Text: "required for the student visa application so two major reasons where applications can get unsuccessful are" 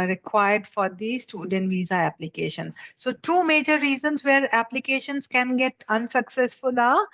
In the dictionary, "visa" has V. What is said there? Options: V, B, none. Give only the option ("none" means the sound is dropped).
V